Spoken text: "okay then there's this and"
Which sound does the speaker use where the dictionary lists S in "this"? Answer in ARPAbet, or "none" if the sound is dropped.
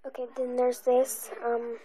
S